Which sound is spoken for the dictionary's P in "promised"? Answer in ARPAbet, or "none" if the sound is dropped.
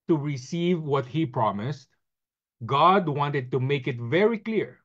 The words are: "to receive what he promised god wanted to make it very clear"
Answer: P